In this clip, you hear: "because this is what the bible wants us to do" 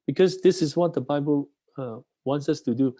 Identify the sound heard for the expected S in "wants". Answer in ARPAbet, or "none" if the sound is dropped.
S